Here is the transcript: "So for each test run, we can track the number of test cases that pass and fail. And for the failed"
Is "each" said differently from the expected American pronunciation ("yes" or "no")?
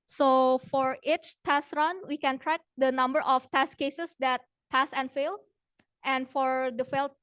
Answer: no